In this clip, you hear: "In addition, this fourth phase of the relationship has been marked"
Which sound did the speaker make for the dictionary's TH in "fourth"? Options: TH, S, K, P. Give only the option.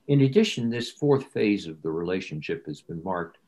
TH